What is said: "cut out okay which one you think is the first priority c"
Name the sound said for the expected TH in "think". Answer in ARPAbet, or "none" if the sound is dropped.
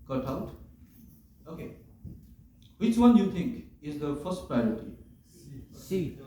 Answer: T